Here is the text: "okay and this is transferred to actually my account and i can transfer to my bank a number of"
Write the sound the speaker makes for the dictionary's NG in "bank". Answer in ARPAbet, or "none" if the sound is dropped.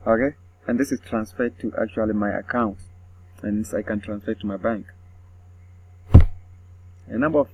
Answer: NG